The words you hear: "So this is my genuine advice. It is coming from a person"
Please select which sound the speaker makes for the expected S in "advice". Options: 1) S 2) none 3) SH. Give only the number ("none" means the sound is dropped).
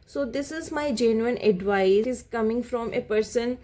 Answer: 2